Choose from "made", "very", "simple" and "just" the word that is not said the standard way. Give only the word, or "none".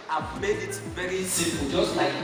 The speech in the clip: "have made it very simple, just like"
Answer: simple